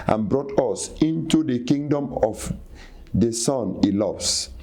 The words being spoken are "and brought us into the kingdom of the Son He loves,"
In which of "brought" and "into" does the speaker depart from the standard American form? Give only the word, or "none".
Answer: none